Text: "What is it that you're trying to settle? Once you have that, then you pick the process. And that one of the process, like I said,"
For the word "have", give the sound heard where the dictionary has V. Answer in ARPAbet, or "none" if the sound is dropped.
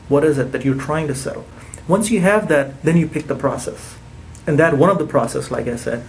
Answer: V